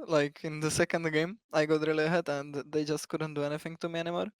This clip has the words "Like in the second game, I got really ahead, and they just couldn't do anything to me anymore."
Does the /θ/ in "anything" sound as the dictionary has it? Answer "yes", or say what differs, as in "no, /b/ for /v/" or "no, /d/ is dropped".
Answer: no, /f/ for /θ/